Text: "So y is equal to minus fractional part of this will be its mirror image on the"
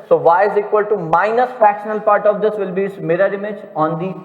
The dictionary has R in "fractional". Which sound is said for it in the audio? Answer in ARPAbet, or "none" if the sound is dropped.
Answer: none